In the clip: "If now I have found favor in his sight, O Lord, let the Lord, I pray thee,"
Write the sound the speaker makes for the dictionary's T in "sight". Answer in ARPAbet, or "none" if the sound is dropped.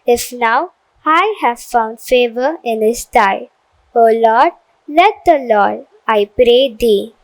none